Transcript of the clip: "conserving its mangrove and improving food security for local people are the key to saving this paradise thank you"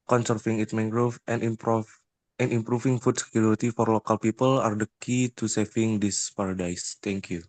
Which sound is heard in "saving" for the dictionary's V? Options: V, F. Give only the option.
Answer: F